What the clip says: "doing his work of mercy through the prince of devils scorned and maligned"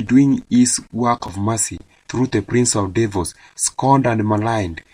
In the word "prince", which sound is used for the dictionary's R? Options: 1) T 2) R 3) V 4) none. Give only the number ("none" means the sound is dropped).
2